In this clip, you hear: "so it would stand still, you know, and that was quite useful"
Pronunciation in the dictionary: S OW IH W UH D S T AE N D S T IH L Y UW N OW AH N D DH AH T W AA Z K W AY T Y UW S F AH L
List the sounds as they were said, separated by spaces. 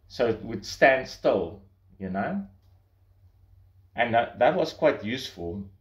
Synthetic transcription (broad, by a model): S OW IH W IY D S T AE N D S T IH L Y UW N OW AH N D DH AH T W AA S K W AY T Y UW S F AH L